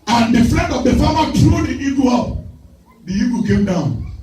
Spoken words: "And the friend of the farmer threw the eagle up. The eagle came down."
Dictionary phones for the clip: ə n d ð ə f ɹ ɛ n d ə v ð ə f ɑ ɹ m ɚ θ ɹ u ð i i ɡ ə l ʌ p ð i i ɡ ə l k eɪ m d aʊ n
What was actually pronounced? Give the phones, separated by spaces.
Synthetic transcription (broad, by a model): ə n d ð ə f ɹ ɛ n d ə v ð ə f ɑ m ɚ t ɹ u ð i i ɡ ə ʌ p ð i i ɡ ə k eɪ m d aʊ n